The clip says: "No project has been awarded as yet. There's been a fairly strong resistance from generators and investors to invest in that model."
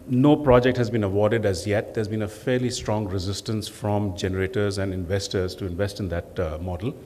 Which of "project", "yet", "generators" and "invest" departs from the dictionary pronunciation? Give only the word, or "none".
none